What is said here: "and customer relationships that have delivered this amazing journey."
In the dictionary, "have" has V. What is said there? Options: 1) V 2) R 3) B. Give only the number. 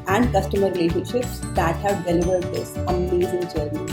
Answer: 1